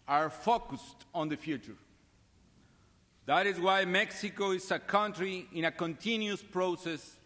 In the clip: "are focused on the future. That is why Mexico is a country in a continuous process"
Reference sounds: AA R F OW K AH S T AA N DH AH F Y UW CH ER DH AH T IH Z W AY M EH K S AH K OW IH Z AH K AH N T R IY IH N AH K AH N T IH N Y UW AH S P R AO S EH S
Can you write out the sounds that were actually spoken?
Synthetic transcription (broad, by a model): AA R F OW K AH S T AA N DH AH F Y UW CH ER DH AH T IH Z W AY M EH K S AH K OW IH S AH K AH N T R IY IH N AH K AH N T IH N Y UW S P R AO S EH S